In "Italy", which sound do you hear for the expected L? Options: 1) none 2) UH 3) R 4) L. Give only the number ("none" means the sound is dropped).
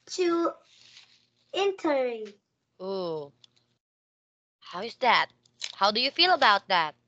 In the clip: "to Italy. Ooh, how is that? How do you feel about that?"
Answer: 1